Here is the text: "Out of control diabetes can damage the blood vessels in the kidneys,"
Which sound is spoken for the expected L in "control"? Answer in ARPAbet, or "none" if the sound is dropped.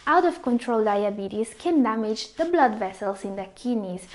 L